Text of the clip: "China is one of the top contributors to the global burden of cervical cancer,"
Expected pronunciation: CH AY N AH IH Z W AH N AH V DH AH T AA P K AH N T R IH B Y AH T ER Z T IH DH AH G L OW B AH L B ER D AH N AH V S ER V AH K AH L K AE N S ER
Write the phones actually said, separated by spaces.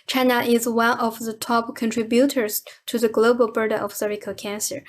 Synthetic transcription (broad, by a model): CH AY N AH IH Z W AH N AH V DH AH T AA P K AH N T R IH B Y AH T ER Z T IH DH AH G L OW B AH L B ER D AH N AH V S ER AH K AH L K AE N S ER